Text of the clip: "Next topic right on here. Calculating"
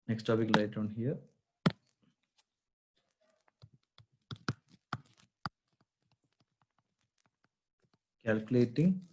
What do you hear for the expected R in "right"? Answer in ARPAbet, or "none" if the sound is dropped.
L